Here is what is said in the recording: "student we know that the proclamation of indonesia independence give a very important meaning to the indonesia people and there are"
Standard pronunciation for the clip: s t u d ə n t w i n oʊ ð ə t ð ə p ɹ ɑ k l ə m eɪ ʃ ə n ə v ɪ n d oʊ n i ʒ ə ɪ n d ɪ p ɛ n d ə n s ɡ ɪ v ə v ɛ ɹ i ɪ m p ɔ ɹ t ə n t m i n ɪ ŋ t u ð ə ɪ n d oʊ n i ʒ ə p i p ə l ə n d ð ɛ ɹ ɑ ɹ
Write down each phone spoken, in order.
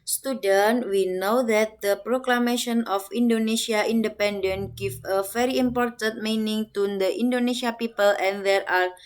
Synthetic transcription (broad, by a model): s t u d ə n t w i n oʊ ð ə t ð ə p ɹ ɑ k l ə m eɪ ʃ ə n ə f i n d oʊ n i s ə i n d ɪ p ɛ n d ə n ɡ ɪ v ə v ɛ ɹ i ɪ m p ɔ ɹ t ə n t m i n ɪ ŋ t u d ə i n d oʊ n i ʃ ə p i p ə l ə n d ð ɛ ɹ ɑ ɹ